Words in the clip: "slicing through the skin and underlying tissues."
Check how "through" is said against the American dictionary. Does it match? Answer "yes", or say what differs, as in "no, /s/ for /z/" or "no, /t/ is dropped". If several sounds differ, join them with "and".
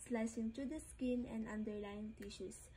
no, /t/ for /θ/